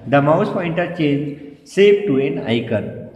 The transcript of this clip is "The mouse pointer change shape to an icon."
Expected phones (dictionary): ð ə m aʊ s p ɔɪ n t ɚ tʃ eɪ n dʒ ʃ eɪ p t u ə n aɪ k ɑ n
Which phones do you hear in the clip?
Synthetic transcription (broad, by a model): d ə m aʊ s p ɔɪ n t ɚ tʃ eɪ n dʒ s eɪ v t u ə n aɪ k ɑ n